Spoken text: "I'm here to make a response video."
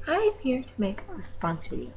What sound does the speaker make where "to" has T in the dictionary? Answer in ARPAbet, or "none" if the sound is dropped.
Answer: T